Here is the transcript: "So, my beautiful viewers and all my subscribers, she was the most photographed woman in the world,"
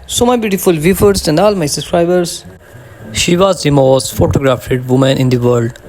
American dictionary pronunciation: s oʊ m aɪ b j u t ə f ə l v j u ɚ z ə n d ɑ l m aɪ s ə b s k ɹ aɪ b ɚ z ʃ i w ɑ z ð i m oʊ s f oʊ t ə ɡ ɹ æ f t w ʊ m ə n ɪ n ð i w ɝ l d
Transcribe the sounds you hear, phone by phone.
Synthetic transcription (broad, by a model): s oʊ m aɪ b j u t ə f ə l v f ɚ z ə n d ɑ l m aɪ s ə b s k ɹ aɪ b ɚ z ʃ i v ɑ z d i m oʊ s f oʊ t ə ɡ ɹ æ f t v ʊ m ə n ɪ n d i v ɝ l d